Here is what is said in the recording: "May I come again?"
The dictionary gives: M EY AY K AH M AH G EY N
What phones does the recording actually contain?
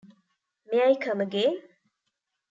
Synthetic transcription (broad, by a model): M EY AY K AH M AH G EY